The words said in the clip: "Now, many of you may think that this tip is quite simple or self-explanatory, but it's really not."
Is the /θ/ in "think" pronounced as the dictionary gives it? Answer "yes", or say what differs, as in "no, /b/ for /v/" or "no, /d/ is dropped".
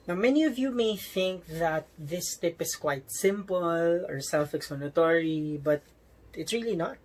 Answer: yes